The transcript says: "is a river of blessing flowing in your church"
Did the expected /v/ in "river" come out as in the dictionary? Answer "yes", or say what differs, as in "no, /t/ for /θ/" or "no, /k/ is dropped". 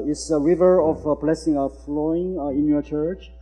yes